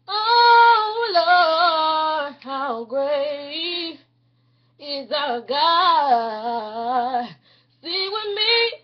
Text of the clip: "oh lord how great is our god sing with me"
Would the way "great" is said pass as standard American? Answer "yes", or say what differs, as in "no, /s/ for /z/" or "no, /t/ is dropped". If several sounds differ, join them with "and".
no, /t/ is dropped